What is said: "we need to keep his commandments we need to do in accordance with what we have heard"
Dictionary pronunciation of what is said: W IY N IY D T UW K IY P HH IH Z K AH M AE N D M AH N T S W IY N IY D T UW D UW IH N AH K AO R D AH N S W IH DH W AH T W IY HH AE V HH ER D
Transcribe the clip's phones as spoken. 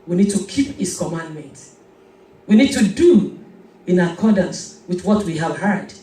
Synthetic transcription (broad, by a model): W IY N IY D T UW K IY P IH S K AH M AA N D M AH N T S W IY N IY D T UW D UW IH N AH K AO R D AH N S W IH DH W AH T W IY HH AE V HH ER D